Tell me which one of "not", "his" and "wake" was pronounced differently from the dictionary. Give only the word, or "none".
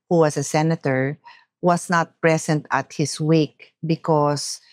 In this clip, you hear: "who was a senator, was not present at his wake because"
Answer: his